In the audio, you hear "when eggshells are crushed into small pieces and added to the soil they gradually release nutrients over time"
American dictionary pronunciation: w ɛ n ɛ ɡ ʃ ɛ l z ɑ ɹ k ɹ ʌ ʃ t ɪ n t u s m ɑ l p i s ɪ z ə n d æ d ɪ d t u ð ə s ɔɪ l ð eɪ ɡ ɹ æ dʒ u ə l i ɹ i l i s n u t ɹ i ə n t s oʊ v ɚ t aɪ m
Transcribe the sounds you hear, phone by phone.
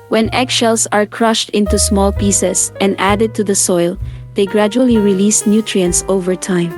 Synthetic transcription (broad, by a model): w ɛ n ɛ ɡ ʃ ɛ l s ɑ ɹ k ɹ ʌ ʃ t ɪ n t u s m ɑ l p i s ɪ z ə n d æ d ɪ d t u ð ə s ɔɪ l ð eɪ ɡ ɹ æ dʒ u ə l i ɹ i l i s n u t ɹ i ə n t s oʊ v ɚ t aɪ m